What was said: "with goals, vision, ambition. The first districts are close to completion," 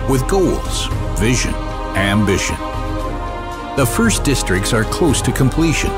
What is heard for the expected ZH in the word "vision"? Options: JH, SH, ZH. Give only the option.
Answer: ZH